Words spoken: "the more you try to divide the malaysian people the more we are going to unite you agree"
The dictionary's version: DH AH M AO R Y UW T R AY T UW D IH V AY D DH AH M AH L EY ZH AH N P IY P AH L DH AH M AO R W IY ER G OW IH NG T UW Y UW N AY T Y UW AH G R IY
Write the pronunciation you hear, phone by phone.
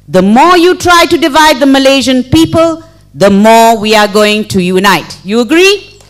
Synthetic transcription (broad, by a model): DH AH M AO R Y UW T R AY T UW D IH V AY D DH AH M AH L EY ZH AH N P IY P AH L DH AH M AO R W IY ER G OW IH NG T UW Y UW N AY T Y UW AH G R IY